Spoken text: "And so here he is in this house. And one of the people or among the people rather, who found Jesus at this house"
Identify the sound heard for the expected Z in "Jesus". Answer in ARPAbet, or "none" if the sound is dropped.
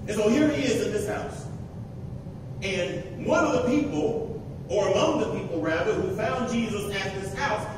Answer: Z